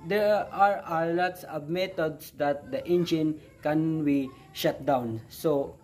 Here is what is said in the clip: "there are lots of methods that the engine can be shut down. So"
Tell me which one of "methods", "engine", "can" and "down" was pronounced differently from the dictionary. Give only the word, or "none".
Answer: methods